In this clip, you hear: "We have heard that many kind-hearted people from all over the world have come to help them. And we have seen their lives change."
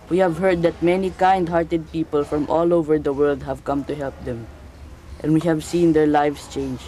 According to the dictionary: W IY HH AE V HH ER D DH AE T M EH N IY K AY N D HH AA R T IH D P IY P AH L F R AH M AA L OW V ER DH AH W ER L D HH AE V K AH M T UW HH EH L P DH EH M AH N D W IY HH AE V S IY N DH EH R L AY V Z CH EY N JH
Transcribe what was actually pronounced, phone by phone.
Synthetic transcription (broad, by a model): W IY HH AE V HH ER D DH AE T M EH N IY K AY N D HH AA R T IH D P IY P AH L F R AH M AA L OW V ER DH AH W ER L D HH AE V K AH M T UW HH EH L P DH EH M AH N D W IY HH AE V S IY N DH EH R L AY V S CH EY N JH